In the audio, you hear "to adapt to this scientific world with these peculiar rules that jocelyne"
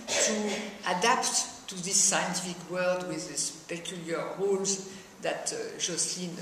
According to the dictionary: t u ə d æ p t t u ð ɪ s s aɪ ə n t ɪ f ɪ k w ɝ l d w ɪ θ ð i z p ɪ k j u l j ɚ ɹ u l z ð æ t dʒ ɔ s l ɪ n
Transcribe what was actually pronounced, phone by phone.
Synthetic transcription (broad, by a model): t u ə d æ p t t u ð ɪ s s aɪ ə n t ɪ f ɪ k w ɝ l d w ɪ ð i s p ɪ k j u l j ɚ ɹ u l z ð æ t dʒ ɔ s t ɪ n